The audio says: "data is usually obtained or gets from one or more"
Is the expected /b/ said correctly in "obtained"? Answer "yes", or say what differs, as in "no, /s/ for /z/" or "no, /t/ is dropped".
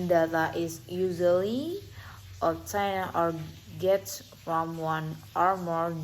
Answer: no, /b/ is dropped